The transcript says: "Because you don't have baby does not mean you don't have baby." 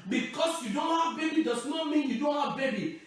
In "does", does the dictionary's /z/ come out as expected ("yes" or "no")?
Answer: no